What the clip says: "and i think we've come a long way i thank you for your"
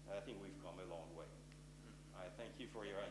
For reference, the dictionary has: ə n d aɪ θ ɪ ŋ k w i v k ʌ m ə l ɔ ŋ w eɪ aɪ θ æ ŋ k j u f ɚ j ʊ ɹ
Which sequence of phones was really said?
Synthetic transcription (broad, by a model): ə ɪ θ ɪ ŋ k w i v k ʌ m ə l ɔ ŋ w eɪ aɪ θ æ ŋ k j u f ɚ j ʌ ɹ